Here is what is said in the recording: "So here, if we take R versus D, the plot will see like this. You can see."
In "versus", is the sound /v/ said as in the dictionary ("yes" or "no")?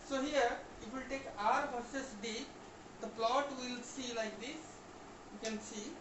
no